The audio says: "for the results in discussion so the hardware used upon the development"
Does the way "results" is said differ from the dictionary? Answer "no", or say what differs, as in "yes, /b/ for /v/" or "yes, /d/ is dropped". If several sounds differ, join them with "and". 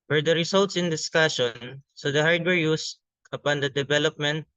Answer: yes, /s/ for /z/